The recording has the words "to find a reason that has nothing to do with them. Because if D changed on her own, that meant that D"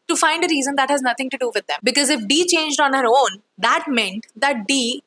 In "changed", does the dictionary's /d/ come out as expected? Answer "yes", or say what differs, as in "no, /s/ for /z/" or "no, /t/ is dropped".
yes